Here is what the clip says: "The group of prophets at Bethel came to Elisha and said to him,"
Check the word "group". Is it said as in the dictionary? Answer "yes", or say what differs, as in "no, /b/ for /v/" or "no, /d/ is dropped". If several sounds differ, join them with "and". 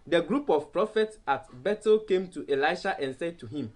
yes